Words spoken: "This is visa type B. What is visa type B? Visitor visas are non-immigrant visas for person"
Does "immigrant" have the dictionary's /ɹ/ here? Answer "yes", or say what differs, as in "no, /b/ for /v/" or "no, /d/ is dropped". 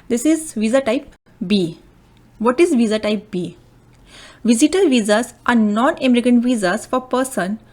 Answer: no, /ɹ/ is dropped